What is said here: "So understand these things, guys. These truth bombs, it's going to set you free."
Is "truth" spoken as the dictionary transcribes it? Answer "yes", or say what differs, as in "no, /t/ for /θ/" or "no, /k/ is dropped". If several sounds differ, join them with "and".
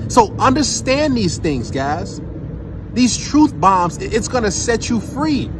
yes